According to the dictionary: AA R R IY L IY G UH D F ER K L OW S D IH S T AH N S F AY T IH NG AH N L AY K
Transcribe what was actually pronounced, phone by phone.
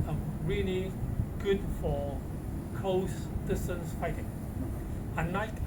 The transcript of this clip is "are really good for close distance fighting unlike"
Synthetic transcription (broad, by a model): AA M R IY L IY G UH D F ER K L OW S D IH S T AH N S F AY T IH NG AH N AY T